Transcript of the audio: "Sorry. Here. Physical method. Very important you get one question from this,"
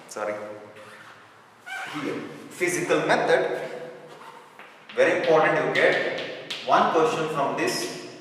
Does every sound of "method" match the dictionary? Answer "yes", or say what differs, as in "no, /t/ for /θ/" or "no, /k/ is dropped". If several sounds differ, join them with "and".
no, /t/ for /θ/